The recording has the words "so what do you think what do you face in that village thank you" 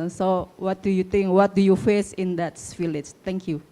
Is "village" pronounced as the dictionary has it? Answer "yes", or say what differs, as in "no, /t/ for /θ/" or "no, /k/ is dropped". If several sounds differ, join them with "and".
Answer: no, /f/ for /v/